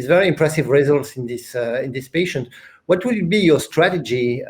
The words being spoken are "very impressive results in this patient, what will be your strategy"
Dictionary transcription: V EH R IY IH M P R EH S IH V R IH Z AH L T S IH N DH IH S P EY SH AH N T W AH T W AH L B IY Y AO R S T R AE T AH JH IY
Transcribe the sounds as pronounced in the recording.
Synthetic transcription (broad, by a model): V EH R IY IH M P R EH S IH V R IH Z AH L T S IH N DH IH S P EY SH AH N T W AH T W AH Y B IY Y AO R S T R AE T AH JH IY